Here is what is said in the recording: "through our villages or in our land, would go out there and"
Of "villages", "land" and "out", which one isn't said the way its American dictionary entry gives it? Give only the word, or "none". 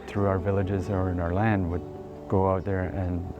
none